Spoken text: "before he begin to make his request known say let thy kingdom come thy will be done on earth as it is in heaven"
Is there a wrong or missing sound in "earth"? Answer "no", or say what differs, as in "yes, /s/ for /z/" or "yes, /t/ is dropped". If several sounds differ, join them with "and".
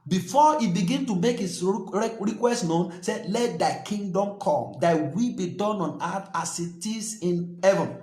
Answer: yes, /t/ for /θ/